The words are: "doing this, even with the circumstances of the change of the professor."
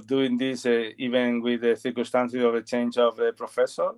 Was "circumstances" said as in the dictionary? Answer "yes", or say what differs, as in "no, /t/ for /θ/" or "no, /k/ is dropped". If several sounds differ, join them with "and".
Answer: no, /m/ is dropped